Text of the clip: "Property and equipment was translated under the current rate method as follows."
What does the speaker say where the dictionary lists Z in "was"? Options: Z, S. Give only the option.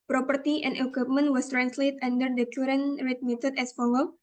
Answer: S